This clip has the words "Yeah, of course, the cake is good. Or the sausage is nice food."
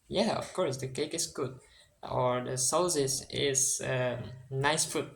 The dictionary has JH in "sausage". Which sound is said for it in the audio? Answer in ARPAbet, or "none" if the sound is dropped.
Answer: Z